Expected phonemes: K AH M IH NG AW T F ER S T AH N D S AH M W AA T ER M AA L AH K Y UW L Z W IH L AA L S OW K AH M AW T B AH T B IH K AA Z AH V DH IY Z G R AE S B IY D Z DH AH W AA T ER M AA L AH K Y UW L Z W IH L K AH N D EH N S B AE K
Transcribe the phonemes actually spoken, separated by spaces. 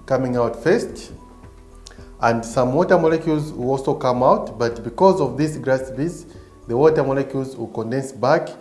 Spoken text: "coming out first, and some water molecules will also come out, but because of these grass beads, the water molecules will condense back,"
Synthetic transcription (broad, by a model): K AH M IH NG AW T F ER S T AH N D S AH M W AA T ER M AA L AH K Y UW L Z W IH L AA L S OW K AH M AW T B AH T B IH K AA Z AH V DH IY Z G R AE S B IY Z DH AH W AA T ER M AA L AH K Y UW L Z W IH L K AH N D EH N S B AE K